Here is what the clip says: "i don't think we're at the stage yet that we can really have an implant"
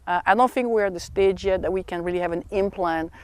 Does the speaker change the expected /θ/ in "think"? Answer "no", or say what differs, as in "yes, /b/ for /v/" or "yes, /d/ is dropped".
no